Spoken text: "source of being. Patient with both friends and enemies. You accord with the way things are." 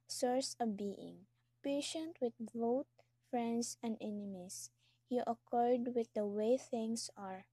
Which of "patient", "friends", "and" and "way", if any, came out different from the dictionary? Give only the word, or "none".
friends